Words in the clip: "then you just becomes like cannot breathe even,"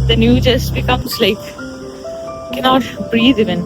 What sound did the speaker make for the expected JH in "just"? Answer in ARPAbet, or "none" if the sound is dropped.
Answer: JH